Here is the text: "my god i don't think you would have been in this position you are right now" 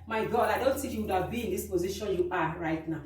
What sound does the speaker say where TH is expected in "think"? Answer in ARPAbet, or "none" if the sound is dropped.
T